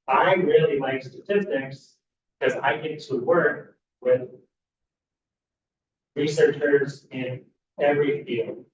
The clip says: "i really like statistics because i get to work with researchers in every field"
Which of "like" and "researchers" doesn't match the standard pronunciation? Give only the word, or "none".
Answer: none